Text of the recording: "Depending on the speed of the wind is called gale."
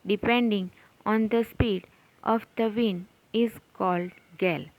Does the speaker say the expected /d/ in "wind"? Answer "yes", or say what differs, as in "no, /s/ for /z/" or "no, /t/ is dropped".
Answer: no, /d/ is dropped